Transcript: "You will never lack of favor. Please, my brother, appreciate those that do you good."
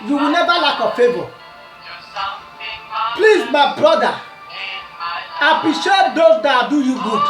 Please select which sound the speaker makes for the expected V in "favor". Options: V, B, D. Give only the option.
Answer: B